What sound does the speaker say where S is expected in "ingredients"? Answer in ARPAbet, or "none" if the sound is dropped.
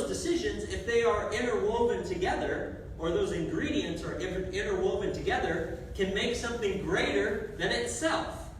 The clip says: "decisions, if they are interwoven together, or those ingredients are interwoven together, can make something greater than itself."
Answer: S